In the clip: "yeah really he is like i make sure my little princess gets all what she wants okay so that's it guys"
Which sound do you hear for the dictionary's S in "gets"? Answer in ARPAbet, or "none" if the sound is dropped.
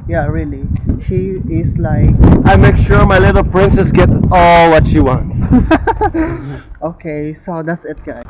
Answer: none